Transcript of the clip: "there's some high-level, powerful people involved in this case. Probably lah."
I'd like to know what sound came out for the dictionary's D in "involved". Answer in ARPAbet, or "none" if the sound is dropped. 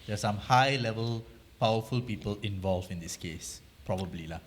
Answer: none